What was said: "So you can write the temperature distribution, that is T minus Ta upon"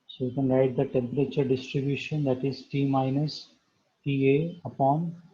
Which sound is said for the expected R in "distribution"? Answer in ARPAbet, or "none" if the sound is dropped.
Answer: R